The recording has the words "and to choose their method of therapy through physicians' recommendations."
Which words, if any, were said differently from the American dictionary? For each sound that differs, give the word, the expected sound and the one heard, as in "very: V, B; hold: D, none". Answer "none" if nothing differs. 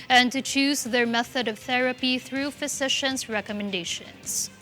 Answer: none